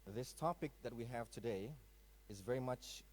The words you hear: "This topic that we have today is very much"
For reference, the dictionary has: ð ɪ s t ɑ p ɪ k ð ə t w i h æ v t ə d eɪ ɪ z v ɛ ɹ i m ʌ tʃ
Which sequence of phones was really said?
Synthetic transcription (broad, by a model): ð ɪ s t ɑ p ɪ k ð ə t w i h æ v t ə d eɪ ɪ z v ɛ ɹ i m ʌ tʃ